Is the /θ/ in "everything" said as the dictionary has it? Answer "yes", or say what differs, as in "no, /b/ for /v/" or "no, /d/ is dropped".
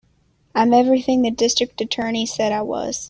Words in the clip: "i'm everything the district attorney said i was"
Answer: yes